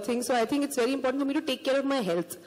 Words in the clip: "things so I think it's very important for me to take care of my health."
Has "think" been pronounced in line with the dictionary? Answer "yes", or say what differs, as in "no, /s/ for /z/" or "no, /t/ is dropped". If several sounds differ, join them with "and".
no, /t/ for /θ/